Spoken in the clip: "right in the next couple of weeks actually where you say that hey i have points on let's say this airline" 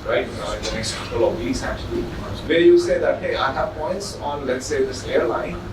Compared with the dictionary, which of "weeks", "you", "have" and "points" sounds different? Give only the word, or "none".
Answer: weeks